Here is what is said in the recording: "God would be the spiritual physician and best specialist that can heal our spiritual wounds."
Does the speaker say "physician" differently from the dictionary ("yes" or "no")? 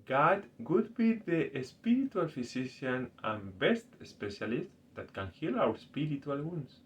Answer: yes